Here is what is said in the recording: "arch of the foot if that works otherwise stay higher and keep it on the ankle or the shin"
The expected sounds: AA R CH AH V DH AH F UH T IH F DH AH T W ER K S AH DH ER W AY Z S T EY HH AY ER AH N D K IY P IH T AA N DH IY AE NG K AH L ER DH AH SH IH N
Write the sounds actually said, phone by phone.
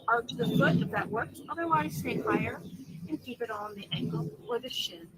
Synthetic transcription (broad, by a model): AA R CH DH AH F UH T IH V DH AH T W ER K AH DH ER W AY Z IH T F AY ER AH N K IY P IH T N DH IY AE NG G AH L ER DH AH SH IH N